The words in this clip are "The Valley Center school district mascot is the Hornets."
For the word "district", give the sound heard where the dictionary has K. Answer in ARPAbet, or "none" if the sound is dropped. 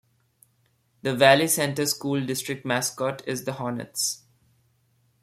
K